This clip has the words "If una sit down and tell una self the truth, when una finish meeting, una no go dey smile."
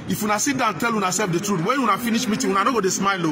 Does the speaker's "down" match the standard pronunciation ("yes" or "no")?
no